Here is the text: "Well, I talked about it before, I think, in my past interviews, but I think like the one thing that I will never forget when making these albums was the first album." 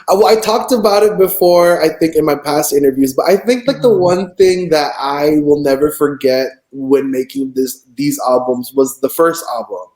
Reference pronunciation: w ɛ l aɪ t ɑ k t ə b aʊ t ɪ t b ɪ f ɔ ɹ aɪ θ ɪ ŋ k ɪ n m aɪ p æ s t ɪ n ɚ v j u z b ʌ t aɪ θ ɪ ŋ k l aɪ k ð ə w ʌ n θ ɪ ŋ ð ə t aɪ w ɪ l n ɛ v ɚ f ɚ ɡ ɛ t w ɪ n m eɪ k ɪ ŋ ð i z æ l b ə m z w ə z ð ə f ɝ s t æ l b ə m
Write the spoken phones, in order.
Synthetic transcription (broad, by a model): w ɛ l aɪ t ɑ k t ə b aʊ t ɪ t b ɪ f ɔ ɹ aɪ θ ɪ ŋ k ɪ n m aɪ p æ s t ɪ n ɚ v j u z b ʌ t aɪ θ ɪ ŋ k l aɪ k ð ə w ʌ n θ ɪ ŋ ð ə t aɪ w ɪ l n ɛ v ɚ f ɚ ɡ ɛ t w ɪ n m eɪ k ɪ ŋ ð i z æ l b ə m z w ə z ð ə f ɝ s t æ l b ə m